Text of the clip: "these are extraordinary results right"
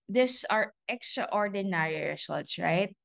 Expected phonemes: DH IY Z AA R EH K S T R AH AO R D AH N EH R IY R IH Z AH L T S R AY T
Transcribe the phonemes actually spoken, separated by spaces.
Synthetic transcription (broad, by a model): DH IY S AA R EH K S T R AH AO R D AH N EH R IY R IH S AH L T S R AY T